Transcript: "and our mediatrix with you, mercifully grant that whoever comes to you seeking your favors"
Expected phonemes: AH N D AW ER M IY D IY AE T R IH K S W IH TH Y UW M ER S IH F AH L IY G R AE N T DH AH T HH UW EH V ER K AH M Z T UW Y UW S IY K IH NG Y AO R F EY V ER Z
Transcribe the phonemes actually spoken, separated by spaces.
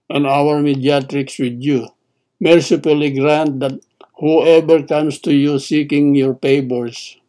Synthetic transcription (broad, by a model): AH N AW ER M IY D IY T R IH K S W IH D Y UW M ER S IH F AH L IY G R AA N T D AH T HH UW EH B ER K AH M S T UW Y UW S IY K IH NG Y AO R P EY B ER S